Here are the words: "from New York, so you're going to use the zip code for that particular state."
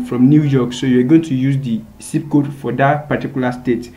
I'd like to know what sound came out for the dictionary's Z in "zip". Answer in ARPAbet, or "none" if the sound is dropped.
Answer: S